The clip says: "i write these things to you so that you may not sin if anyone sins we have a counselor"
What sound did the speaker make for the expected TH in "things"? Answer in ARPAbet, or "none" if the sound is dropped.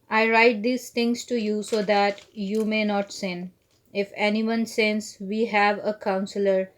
T